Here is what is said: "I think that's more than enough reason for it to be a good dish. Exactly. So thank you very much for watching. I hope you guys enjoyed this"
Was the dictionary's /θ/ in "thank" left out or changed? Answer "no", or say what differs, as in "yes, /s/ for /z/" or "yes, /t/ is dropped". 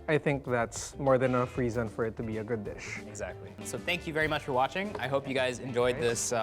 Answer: no